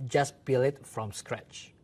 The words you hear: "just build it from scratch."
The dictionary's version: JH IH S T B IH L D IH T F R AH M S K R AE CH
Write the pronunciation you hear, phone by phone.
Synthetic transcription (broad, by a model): JH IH S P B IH L IH T F R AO M S K R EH CH